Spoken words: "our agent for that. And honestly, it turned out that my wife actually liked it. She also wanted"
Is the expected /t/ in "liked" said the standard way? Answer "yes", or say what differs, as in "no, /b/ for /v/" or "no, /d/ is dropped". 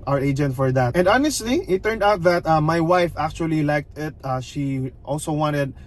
yes